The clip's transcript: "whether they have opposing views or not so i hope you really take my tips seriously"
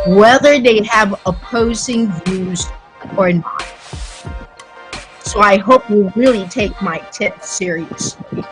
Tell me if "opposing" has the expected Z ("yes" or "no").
yes